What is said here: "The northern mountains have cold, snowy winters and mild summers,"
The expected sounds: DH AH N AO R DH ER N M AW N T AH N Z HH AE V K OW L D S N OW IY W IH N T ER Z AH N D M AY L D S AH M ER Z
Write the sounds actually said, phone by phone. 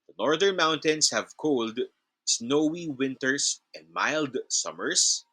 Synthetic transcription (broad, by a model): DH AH N AO R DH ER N M AW N T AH N S HH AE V K OW L D S N OW IY W IH N T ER S AH N D M AY L D S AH M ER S